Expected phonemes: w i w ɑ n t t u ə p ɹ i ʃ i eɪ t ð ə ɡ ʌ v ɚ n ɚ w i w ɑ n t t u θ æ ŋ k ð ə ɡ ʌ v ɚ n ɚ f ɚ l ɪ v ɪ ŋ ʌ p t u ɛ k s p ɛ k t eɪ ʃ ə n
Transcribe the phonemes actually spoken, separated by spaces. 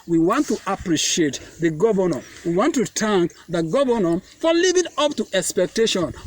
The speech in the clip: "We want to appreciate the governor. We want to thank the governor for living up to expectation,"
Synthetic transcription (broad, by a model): w i w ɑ n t t u ə p ɹ i ʃ i eɪ t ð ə ɡ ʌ v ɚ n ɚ w i w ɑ n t t u t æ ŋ k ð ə ɡ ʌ v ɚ n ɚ f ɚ l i v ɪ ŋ ʌ p t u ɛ k s p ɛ k t eɪ ʃ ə n